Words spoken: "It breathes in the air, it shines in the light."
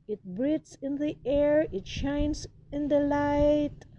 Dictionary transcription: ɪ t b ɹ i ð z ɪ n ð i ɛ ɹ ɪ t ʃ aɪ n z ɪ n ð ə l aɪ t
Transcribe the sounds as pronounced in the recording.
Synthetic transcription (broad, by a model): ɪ t b ɹ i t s ɪ n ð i ɛ ɹ ɪ t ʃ aɪ n s ɪ n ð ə l aɪ t